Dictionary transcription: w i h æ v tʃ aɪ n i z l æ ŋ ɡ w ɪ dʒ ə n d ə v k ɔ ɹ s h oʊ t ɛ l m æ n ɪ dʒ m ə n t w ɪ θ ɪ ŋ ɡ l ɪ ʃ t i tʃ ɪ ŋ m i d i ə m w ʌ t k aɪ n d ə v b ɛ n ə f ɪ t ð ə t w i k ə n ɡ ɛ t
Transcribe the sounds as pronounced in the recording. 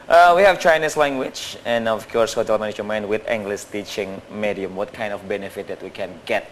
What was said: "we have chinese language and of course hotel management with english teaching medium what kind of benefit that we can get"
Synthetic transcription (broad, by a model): w i h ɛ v tʃ aɪ n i s l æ ŋ ɡ w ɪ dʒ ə n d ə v k ɔ ɹ s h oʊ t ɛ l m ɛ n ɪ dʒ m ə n w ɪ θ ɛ ŋ ɡ l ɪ s t i tʃ ɪ ŋ m i d i ə m w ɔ t k aɪ n d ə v b ɛ n ə f ɪ t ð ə t w i k ə n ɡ ɛ t